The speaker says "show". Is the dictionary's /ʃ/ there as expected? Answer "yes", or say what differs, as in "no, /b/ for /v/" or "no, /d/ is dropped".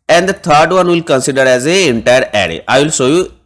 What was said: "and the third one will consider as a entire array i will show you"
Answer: no, /s/ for /ʃ/